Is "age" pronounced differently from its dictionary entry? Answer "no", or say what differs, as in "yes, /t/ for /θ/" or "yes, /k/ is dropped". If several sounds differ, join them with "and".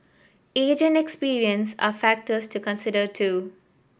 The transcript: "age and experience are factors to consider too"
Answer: no